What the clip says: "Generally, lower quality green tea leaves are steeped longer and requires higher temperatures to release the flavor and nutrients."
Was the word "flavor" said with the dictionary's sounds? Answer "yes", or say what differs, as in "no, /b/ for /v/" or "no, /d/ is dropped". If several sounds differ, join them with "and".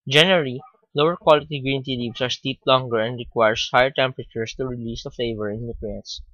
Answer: no, /l/ is dropped